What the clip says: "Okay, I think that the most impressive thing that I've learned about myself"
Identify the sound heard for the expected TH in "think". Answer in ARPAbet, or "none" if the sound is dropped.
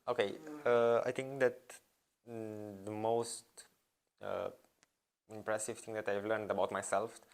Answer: T